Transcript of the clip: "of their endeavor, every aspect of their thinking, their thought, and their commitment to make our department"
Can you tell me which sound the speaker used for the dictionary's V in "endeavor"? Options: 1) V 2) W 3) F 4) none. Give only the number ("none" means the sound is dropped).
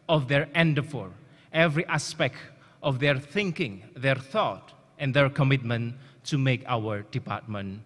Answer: 3